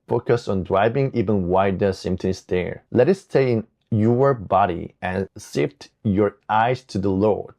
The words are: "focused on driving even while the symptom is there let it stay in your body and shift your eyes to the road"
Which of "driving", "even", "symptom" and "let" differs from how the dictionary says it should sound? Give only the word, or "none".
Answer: symptom